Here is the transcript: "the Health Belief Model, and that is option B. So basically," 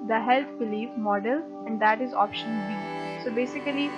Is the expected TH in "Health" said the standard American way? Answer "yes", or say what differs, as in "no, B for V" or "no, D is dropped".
no, T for TH